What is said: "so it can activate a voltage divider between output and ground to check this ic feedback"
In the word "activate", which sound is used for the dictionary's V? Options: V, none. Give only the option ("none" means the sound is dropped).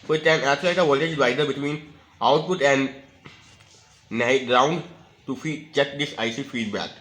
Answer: none